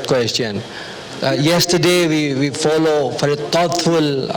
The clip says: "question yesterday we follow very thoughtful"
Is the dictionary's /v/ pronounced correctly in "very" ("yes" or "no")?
no